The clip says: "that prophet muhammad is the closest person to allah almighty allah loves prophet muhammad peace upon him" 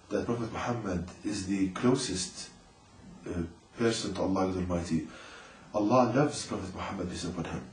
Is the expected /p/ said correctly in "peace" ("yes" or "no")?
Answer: no